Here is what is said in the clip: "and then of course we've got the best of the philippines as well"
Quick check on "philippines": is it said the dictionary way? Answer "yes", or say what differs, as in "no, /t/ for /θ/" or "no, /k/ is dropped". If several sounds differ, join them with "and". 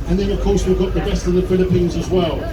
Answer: yes